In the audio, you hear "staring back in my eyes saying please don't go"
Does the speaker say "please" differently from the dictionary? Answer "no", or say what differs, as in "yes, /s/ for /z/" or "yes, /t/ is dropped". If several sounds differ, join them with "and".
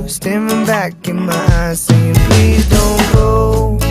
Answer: yes, /z/ is dropped